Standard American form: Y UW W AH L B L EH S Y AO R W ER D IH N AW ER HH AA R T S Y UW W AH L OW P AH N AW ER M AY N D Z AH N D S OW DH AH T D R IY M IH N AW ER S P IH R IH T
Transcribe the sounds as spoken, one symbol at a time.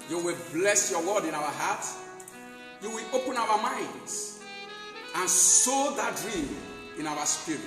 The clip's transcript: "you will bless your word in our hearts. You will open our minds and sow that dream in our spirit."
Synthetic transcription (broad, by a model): Y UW W AH L B L EH S Y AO W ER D IH N AW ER HH AA T Y UW W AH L OW P AH N AW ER M AY N D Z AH N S OW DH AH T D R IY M IH N AW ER S P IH R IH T